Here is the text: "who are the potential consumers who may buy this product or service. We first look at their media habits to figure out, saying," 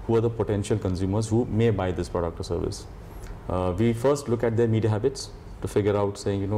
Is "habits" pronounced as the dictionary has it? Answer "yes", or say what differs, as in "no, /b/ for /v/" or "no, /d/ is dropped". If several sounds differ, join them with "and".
yes